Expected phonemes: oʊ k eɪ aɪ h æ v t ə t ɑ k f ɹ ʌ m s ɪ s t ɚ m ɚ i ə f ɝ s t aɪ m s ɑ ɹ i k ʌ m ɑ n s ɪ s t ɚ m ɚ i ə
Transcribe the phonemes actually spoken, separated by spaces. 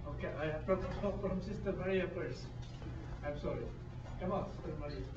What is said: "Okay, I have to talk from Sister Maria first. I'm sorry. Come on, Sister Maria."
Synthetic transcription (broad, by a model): oʊ k eɪ aɪ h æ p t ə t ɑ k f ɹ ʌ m s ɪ s t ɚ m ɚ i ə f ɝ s aɪ m s ɑ ɹ i k ʌ m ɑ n s ɪ s t ɚ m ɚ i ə